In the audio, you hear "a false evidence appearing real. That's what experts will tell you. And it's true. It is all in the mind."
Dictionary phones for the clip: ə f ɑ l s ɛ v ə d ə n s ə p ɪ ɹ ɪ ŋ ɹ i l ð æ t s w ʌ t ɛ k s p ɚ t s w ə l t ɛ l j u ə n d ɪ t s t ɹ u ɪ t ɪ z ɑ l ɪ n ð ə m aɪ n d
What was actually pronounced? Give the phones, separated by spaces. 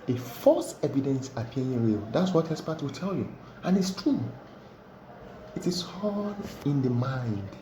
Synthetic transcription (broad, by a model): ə f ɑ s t ɛ v ə d ə n s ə p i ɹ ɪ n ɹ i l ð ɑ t s w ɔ t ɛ s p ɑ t w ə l t ɛ l j u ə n ɪ t s t ɹ u ɪ t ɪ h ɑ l ɪ n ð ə m aɪ n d